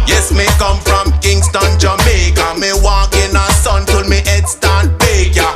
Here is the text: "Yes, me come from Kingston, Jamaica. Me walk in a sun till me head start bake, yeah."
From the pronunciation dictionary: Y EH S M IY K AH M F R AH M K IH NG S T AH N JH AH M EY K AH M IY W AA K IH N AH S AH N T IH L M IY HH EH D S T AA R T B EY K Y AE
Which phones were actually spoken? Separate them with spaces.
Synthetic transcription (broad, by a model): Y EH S M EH K AH M F R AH M K IH NG S T AH N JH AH M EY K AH M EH W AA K IH N AH S AH N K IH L M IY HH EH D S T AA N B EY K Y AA